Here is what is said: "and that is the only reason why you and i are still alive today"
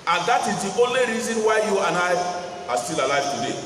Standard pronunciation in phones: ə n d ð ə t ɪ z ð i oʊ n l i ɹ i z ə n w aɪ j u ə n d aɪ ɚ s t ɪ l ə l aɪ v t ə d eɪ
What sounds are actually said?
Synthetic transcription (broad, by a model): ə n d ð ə t ɪ z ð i oʊ n l i ɹ i z ə n w aɪ j u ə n aɪ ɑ s t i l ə l aɪ f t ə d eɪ